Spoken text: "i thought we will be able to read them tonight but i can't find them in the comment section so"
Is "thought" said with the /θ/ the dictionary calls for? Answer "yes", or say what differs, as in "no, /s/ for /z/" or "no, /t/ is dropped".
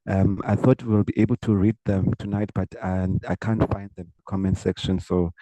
yes